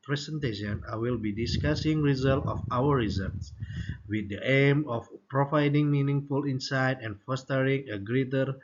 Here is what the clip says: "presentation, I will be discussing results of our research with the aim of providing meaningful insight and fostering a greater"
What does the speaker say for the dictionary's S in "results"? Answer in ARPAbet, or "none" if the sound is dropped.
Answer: none